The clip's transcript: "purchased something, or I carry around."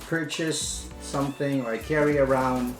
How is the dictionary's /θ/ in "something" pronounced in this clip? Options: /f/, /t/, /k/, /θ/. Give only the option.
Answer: /θ/